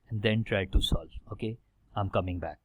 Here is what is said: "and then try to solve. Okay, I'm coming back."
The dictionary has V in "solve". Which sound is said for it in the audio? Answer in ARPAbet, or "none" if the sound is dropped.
none